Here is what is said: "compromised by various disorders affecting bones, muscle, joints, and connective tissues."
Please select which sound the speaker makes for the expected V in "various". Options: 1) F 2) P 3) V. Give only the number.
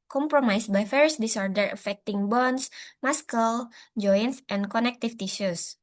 1